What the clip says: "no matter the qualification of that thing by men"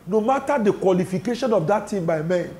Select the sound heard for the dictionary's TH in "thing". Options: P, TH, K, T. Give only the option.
T